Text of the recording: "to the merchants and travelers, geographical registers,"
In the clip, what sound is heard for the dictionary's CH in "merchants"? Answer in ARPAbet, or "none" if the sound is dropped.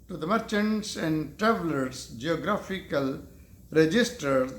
CH